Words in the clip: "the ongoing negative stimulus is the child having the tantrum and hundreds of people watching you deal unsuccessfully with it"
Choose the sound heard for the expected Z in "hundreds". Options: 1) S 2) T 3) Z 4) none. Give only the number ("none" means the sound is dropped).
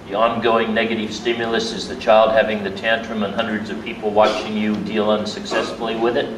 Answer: 3